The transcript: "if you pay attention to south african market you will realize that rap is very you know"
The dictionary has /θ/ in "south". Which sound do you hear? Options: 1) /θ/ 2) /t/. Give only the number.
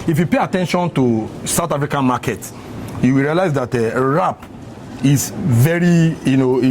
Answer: 2